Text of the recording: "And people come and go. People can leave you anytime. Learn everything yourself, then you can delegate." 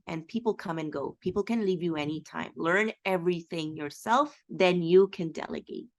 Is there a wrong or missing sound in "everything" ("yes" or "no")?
no